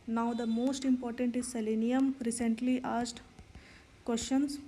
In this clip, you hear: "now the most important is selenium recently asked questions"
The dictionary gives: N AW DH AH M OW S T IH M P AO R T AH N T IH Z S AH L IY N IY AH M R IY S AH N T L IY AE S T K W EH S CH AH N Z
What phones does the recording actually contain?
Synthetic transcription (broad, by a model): N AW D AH M OW S T IH M P AO R T AH N T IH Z S AH L IY N IY AH M R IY S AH N T L IY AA S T K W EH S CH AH N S